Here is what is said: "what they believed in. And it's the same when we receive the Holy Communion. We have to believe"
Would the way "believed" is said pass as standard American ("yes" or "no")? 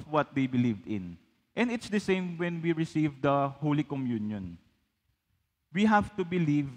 yes